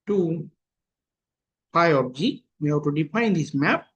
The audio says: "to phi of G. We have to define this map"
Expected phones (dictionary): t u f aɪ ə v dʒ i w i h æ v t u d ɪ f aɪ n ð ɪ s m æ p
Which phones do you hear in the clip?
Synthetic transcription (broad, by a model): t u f aɪ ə p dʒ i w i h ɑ t u d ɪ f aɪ n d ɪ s m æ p